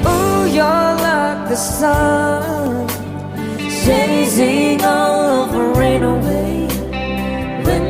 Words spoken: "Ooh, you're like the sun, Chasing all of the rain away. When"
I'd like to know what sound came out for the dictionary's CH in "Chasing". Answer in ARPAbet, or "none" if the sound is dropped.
S